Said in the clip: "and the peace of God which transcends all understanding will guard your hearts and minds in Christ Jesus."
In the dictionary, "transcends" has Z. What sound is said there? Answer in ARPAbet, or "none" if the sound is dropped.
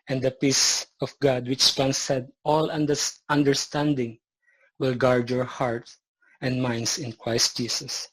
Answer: none